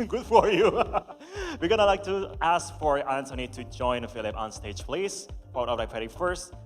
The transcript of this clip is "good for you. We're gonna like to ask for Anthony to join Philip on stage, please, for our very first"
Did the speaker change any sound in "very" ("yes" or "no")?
yes